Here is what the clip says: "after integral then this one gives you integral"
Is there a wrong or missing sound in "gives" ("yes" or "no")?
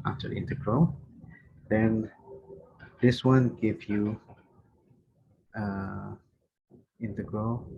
yes